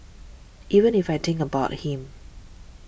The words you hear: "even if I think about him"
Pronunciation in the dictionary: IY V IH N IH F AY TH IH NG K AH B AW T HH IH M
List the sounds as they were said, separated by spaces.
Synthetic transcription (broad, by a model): IY V IH N IH F AY T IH NG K AH B AW T HH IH M